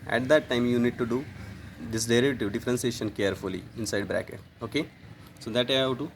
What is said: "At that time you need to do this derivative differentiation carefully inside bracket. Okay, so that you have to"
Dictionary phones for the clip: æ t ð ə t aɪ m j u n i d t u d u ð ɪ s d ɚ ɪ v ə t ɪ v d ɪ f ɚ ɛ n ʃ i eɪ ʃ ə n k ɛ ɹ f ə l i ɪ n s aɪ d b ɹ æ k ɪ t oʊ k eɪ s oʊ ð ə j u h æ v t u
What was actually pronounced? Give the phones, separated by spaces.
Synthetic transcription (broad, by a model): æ t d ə t aɪ m j u n i d t u d u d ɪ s d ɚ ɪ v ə t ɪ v d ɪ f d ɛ n s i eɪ ʃ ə n k ɛ ɹ f ə l i ɪ n s aɪ d b ɹ æ k ɪ t oʊ k eɪ s oʊ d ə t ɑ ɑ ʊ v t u